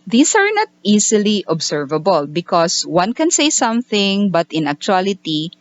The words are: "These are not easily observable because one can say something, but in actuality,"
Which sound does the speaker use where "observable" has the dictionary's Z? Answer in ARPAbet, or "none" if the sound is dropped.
S